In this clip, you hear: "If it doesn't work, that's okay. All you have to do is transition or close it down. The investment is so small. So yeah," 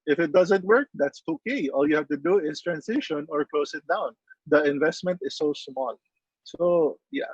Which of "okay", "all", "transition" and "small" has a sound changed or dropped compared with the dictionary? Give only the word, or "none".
transition